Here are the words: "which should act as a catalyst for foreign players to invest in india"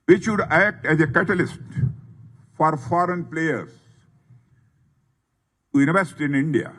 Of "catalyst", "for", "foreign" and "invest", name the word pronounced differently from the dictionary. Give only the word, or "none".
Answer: invest